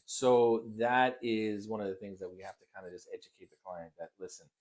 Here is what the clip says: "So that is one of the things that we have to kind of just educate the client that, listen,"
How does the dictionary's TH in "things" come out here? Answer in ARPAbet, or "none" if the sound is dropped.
TH